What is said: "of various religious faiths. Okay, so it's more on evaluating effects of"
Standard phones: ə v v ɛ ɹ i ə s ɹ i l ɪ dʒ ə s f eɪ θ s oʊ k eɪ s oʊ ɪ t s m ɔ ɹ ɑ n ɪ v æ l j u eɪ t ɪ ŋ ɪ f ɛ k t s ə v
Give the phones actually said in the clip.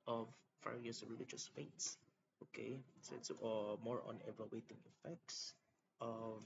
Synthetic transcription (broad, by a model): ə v f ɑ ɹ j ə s ɹ i l ɪ dʒ ə s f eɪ t s oʊ k eɪ s oʊ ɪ t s m ɔ ɹ ɑ n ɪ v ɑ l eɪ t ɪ ŋ ɪ f ɛ k t s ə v